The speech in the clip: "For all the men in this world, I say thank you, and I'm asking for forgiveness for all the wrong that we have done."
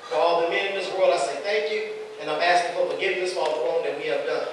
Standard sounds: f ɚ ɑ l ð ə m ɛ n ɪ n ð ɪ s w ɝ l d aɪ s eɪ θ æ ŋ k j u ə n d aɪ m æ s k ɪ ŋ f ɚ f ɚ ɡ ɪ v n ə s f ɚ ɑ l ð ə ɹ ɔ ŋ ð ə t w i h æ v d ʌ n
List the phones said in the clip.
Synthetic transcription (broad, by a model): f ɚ ɑ l ð ə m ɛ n ɪ n ð ɪ s w ɝ l d aɪ s eɪ θ æ ŋ k j u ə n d aɪ m æ s k ɪ ŋ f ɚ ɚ ɡ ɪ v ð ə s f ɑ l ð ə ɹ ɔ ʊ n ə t w i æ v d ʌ